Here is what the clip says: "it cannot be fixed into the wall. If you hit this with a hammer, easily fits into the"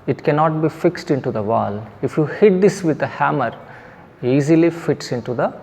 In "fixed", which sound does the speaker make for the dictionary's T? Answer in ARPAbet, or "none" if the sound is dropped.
T